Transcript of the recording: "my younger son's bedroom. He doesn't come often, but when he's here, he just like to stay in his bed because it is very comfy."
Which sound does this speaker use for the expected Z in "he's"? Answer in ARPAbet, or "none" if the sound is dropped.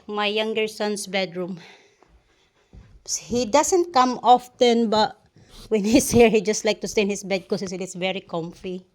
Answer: S